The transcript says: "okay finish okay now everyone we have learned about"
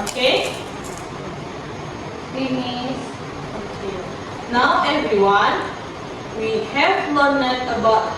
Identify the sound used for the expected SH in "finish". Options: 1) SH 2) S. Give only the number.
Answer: 2